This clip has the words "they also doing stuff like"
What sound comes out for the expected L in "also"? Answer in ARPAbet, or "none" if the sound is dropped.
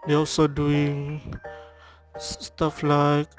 none